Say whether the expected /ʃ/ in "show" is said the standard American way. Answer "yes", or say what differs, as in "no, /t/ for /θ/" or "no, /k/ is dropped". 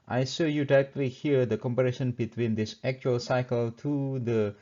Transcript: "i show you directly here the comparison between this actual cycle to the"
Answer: no, /s/ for /ʃ/